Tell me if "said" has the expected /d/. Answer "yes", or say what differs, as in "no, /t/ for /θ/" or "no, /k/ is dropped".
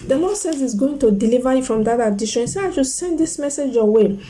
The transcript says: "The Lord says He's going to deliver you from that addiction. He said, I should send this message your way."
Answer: no, /d/ is dropped